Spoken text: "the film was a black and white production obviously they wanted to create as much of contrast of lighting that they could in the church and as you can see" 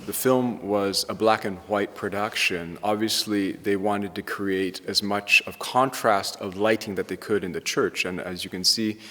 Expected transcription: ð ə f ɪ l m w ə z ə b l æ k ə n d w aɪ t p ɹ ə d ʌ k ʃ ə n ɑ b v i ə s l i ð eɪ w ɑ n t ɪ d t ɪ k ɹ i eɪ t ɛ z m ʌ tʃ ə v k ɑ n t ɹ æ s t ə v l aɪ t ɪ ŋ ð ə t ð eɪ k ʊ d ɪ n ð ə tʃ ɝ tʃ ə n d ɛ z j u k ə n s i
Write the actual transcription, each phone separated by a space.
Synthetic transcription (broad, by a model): ð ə f ɪ l m w ə z ə b l æ k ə n w aɪ t p ɹ ə d ʌ k ʃ ə n ɑ b v i ə s l i ð eɪ w ɑ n t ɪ d t ɪ k ɹ i eɪ t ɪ z m ʌ tʃ ə v k ɑ n t ɹ æ s t ə v l aɪ t ɪ ŋ ð ə t ð eɪ k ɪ d ɪ n ð ə tʃ ɝ tʃ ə n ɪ z j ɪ k ə n s i